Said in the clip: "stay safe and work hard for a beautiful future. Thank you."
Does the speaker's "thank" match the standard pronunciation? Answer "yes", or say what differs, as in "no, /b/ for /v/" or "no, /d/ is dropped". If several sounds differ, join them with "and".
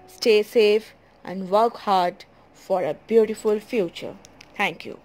no, /t/ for /θ/